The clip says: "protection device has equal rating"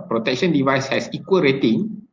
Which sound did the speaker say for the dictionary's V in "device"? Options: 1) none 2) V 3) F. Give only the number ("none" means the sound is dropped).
2